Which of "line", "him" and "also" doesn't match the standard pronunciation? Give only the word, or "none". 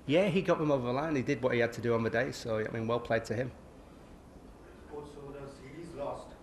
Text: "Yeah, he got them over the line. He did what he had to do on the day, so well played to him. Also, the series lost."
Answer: also